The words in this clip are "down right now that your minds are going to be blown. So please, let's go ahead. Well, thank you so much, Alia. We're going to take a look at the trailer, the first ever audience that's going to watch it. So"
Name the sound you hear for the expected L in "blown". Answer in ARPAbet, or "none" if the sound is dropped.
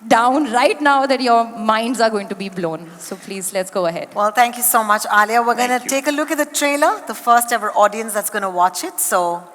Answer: L